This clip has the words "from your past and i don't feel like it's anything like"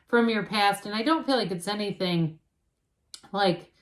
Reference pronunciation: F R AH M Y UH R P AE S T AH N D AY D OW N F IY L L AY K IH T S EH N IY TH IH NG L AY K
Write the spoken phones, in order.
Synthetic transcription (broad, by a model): F R AH M Y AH R P AE S T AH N AY D OW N F IY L L AY K IH T S EH N IY TH IH NG L AY K